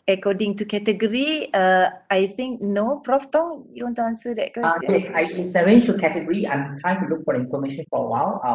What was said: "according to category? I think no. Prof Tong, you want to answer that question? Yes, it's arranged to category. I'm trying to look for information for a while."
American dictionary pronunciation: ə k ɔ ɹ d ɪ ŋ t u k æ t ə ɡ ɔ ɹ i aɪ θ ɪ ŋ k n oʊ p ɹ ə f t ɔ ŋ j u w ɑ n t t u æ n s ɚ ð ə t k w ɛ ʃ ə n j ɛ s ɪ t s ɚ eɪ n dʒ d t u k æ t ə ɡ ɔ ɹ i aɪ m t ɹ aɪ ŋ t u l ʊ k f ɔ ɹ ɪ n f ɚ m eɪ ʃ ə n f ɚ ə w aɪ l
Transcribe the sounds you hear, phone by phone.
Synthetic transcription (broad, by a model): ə k ɔ d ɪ ŋ t u k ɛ t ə ɡ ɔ ɹ i aɪ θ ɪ ŋ k n oʊ p ɹ ə f t ɔ ŋ j u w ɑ n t t u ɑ n s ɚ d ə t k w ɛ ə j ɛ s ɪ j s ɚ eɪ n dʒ t u k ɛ t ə ɡ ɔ ɹ i aɪ m t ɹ aɪ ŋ t u l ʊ k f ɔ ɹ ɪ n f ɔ m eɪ ʃ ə n f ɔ ə w aɪ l